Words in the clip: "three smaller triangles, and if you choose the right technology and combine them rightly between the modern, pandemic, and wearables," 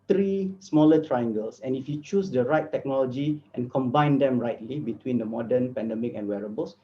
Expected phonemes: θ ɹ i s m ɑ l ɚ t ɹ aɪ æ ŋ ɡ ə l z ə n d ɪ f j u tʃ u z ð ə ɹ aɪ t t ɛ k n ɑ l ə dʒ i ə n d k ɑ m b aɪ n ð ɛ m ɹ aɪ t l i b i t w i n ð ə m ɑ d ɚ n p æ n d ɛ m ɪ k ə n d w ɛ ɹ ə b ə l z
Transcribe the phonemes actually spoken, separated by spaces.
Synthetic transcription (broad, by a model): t ɹ i s m ɑ l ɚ t ɹ aɪ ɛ ŋ ɡ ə l s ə n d ɪ f j u tʃ u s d ə ɹ aɪ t t ɛ k n ɑ l ə dʒ i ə n k ɑ m b aɪ n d ɛ m ɹ aɪ t l i b i t w i n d ə m ɑ d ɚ n p æ n d ɛ m ɪ k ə n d w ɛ ɹ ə b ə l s